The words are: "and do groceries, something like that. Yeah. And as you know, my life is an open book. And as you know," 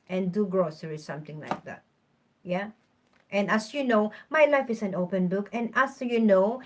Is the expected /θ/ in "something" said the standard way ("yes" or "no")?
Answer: no